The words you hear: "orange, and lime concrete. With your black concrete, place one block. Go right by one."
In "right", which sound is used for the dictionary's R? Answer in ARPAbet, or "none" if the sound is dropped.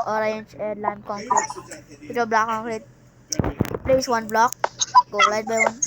L